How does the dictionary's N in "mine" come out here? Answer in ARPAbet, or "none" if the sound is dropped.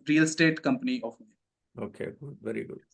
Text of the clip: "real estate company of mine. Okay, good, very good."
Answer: none